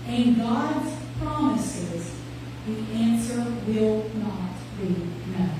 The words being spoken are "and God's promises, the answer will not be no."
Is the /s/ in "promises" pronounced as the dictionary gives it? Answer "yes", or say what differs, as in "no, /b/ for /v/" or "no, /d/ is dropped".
yes